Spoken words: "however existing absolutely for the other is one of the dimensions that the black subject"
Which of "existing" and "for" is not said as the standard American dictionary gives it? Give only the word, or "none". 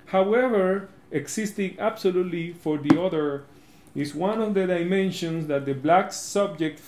existing